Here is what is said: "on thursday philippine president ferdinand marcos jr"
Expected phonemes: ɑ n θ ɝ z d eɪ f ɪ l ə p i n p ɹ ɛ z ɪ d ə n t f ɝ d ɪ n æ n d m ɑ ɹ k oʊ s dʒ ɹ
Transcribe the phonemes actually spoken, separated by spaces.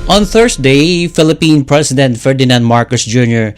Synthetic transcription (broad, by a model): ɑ n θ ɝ s d eɪ f ɪ l ə p i n p ɹ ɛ s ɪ d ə n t f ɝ d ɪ n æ n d m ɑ ɹ k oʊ s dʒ ɹ